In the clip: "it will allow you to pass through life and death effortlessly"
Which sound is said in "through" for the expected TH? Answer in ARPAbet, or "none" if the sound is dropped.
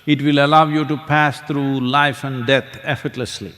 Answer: T